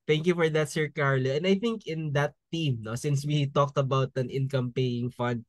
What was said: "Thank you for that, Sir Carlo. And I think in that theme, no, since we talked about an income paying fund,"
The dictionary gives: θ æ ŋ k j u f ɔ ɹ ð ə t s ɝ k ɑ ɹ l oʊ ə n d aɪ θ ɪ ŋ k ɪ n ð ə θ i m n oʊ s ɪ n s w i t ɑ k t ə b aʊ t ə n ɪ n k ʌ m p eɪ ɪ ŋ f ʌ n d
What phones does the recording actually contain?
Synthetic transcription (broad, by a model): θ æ ŋ k j u f ɔ ɹ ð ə t s ɝ k ɑ ɹ l oʊ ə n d aɪ θ ɪ ŋ k ɪ n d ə t i m n oʊ s ɪ n s w i t ɑ k t ə b aʊ t ə n ɪ n k ʌ m p eɪ ɪ ŋ f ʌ n d